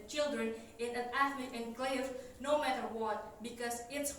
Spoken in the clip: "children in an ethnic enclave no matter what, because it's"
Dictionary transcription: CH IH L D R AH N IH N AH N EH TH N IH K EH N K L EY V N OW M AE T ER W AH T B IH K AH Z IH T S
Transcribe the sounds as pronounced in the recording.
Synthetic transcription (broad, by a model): CH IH L D R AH N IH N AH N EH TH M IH EH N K L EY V N OW M AE T ER W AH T B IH K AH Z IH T S